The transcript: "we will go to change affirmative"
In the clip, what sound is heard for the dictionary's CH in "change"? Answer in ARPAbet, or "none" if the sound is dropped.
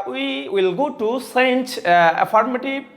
S